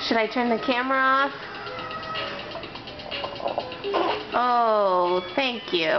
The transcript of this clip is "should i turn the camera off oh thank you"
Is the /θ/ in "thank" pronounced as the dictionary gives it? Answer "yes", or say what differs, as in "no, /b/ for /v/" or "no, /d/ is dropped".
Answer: yes